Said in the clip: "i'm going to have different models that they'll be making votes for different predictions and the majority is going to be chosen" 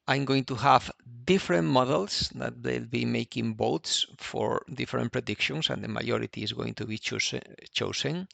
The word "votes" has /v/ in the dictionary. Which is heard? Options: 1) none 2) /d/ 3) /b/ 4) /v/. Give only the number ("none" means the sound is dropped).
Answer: 3